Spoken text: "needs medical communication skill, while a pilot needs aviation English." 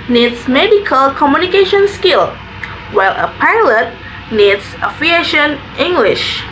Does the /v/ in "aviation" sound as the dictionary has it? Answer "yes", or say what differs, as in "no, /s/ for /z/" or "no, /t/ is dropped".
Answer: no, /f/ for /v/